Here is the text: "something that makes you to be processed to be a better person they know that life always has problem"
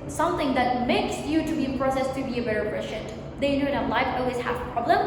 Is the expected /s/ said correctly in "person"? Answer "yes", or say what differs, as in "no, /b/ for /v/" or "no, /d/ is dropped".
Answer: no, /ʃ/ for /s/